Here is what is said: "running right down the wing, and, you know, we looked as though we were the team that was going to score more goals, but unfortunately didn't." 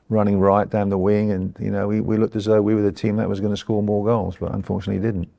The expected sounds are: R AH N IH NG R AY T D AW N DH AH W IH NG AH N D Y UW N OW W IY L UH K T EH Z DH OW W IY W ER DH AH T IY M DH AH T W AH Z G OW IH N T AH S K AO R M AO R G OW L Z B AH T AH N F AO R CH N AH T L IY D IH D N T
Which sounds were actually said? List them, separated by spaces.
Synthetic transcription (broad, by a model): R AH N IH NG R AY T D AW N DH AH W IH NG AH N Y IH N OW W IY L UH K T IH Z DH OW W IY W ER DH AH T IY M DH AH T W AH Z G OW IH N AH S K AO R M AO R G OW L Z B AH T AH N F AO R CH N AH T L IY D IH D N T